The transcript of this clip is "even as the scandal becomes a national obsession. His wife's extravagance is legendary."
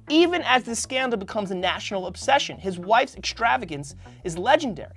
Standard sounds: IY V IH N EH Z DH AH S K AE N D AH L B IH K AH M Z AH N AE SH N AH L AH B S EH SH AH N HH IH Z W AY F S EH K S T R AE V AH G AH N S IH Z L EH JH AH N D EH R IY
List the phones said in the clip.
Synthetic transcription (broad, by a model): IY V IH N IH Z DH AH S K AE N D L B IH K AH M Z AH N AE SH N L AH B S EH SH AH N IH Z W AY F S EH K S T R AE V AH G AH N S IH Z L EH JH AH N D EH R IY